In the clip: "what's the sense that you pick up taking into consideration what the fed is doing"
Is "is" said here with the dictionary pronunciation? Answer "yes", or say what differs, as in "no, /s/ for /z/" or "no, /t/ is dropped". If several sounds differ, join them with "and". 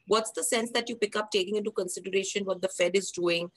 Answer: yes